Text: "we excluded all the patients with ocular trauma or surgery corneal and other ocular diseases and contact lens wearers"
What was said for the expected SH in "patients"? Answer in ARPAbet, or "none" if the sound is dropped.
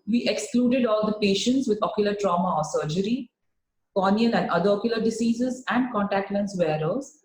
SH